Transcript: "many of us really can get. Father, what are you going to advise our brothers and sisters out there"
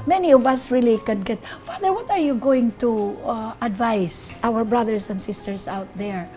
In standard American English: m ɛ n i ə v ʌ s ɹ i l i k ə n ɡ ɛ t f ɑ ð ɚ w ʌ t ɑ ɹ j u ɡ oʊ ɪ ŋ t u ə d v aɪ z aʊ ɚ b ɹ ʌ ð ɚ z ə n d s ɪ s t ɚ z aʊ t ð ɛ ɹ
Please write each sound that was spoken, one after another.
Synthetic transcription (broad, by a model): m ɛ n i ə v ʌ s ɹ i l i k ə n ɡ ɛ t f ɑ ð ɚ w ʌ t ɑ ɹ j u ɡ oʊ ɪ ŋ t u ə d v aɪ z aʊ ɚ b ɹ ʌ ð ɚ s ə n d s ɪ s t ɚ s aʊ t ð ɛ ɹ